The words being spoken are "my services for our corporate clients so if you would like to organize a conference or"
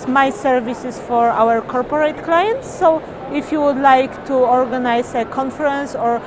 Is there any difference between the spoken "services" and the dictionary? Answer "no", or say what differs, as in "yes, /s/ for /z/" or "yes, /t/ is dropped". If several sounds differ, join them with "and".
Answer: yes, /s/ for /z/